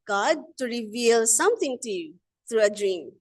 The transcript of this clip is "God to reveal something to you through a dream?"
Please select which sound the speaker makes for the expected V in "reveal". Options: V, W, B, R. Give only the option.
V